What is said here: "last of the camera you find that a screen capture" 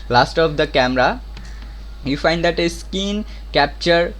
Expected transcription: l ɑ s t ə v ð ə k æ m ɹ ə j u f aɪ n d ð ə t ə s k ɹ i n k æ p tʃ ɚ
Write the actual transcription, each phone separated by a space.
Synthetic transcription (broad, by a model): l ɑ s t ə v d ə k æ m ɹ ə j u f aɪ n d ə t ə s k i n k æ p tʃ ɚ